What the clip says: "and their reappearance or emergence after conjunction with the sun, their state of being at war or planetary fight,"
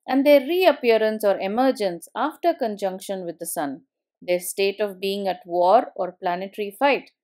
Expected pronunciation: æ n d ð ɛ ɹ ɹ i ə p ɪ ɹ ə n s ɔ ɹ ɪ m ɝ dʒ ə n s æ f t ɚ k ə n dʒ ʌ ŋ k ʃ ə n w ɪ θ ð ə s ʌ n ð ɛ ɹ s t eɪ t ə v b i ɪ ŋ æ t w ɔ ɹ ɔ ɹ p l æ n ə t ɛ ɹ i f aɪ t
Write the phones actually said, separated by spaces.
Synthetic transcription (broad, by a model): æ n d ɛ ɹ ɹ i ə p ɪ ɹ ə n s ɔ ɹ ɪ m ɝ dʒ ə n s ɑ f t ɚ k ə n dʒ ʌ ŋ k ʃ ə n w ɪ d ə s ʌ n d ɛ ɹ s t eɪ t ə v b i ɪ ŋ æ t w ɔ ɹ ɔ ɹ p l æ n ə t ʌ ɹ i f aɪ t